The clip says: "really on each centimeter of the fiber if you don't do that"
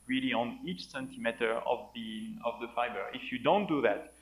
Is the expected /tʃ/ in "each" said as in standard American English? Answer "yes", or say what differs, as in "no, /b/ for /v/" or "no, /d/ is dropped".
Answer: yes